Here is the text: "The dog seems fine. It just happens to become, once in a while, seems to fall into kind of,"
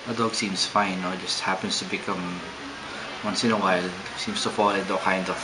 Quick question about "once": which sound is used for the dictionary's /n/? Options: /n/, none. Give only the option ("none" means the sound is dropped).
/n/